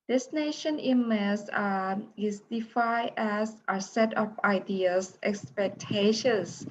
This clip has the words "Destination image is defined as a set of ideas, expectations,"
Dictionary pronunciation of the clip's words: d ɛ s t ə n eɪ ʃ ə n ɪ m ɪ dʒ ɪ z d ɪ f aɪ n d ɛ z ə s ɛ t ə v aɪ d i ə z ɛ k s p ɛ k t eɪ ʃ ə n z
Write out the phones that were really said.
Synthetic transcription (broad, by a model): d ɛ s n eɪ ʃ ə n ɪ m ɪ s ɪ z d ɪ f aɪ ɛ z ə s ɛ t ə p aɪ d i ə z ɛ k s p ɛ k t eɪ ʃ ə n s